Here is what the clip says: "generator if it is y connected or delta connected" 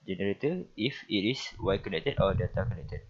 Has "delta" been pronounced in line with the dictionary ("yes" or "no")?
no